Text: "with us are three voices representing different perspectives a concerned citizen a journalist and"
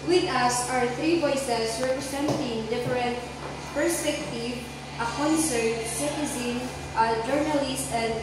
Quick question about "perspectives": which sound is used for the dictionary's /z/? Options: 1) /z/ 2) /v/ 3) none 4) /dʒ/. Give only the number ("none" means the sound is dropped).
3